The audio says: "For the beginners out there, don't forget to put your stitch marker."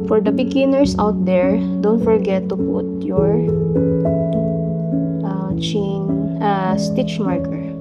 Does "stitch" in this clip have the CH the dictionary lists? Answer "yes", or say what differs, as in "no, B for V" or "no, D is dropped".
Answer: yes